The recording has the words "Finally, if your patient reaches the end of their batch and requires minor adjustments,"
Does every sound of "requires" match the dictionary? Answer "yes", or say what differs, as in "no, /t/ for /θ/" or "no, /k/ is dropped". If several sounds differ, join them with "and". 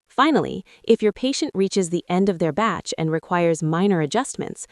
yes